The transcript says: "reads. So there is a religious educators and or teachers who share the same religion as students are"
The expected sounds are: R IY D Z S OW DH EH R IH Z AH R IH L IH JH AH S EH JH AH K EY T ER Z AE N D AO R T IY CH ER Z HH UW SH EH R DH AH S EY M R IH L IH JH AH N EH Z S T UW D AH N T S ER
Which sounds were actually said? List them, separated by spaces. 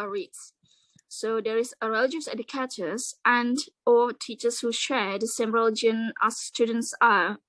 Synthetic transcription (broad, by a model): R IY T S S OW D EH R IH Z AH R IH L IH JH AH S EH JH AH K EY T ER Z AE N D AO L T IY CH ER S HH UW SH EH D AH S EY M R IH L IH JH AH N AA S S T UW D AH N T S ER